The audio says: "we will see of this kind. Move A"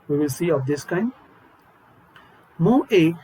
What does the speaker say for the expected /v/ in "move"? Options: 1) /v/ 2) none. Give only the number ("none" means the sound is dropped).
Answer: 2